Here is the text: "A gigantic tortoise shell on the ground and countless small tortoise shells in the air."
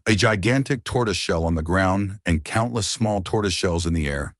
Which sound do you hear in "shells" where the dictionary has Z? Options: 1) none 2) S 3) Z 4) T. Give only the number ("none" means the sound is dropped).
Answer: 3